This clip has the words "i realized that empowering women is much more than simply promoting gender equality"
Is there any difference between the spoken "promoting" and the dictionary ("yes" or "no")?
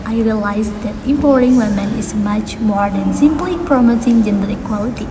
yes